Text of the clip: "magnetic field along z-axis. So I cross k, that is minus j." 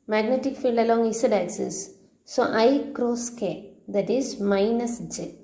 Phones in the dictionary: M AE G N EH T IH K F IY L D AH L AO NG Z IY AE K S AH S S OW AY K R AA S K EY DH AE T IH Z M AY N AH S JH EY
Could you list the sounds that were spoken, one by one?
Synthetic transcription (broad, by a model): M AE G N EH T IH K F IY L D AH L AO NG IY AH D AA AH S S OW AY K R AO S K EY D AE T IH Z M AY N AH S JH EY